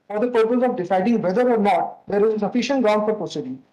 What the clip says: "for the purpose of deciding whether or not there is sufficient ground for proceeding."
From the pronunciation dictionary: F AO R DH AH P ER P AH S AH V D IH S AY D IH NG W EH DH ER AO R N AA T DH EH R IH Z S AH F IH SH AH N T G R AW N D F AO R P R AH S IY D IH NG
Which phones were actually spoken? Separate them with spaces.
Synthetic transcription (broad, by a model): F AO R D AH P ER P AH S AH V D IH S AY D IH NG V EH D ER AO R N AA T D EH R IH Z S AH F IH SH AH N T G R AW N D F AO R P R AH S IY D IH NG